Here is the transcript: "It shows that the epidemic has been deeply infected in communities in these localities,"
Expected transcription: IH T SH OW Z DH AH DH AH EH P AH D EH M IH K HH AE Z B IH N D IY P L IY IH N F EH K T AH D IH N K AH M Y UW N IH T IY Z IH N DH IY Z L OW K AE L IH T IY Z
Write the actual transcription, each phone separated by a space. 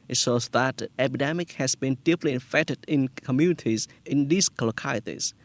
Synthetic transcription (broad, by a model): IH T S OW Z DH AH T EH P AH D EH M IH K HH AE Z B IH N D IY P L IY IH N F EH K T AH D IH N K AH M Y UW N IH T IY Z IH N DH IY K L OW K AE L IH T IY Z